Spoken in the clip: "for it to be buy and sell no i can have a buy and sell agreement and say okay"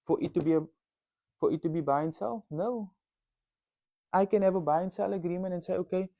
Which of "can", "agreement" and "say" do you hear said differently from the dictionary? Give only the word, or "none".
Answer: agreement